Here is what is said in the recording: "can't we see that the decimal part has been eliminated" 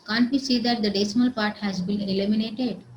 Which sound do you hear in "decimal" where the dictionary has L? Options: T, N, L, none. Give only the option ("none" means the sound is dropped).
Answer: L